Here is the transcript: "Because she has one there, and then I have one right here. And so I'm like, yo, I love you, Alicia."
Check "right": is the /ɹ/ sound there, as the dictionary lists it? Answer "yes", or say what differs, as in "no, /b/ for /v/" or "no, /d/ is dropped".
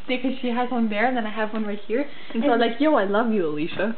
yes